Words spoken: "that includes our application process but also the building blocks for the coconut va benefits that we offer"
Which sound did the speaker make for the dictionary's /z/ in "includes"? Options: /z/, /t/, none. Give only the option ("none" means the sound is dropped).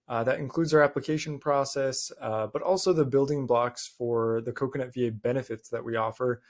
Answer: /z/